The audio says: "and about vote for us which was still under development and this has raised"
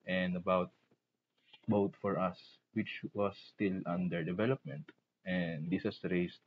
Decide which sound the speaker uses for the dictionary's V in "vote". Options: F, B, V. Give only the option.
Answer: B